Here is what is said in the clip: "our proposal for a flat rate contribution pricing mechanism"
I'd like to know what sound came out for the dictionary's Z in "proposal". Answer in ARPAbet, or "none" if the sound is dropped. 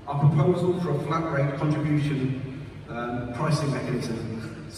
Z